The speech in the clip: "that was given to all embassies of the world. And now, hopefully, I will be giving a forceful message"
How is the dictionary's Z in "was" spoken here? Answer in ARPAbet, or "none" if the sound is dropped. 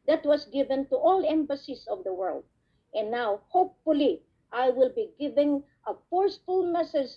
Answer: S